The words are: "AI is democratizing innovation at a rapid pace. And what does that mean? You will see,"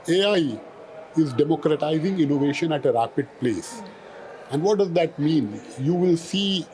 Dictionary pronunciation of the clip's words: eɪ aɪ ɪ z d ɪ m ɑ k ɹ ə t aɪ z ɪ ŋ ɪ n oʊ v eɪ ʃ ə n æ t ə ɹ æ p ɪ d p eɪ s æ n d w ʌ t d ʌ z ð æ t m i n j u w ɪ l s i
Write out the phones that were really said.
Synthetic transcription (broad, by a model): eɪ aɪ ɪ z d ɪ m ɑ k ɹ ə t aɪ z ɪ ŋ ɪ n oʊ v eɪ ʃ ə n æ t ə ɹ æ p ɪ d p eɪ s æ n d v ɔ t d ʌ z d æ t m i n j u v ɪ l s i